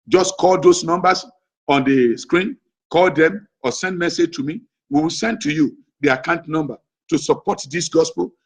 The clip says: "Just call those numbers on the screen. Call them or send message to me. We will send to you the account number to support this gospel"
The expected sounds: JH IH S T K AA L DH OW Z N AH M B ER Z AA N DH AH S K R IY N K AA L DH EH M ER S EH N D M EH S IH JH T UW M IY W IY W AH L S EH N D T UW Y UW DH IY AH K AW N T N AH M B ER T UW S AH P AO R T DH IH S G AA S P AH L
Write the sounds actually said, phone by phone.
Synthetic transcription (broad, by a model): JH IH S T K AA L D OW S N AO M B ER S AA N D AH S K R IY N K AA L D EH M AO S EH N D M EH S IH JH T UW M IY W IY W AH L S EH N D T UW Y UW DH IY AH K AW N T N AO M B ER T UW S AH P AO T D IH S G AA S P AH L